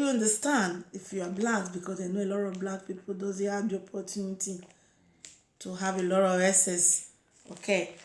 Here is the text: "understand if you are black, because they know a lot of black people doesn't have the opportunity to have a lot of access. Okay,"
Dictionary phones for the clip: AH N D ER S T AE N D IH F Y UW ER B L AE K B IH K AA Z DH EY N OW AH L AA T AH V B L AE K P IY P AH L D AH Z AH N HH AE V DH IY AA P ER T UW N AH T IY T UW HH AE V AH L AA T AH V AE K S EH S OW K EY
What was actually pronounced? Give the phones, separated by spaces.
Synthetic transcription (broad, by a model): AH N D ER S T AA N D IH F Y UW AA B L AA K B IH K AA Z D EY N OW AH L AA T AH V B L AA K P IY P AH L D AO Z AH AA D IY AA P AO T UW N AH T IY T UW HH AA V AH L AA T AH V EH S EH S OW K EY